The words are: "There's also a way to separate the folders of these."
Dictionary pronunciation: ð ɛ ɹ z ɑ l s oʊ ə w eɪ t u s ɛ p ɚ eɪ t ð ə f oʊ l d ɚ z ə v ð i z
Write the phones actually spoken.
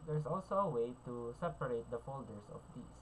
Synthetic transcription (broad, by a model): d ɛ ɹ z ɑ l s oʊ ə w eɪ t u s ɛ p ɚ eɪ t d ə f oʊ l d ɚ s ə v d i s